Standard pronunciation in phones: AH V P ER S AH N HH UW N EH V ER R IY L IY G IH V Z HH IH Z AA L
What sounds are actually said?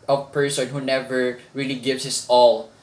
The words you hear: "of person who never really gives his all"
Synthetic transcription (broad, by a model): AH P ER S AH N HH UW N EH V ER R IY L IY G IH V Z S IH S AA L